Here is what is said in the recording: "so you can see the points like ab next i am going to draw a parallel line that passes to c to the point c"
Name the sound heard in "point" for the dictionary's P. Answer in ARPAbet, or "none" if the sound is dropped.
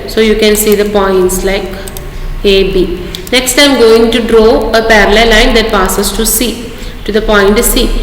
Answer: P